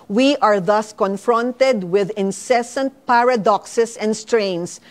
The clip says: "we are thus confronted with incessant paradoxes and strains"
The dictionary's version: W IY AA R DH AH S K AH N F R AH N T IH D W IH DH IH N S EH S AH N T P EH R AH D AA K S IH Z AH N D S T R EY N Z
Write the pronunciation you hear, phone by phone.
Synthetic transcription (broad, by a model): W IY AA R DH AH S K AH N F R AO N T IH D W IH DH IH N S EH S AH N T P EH R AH D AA K S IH S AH N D S T R EY N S